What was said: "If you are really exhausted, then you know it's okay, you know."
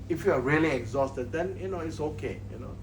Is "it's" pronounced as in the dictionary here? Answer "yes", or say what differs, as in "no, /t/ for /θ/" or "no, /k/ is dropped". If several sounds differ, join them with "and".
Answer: yes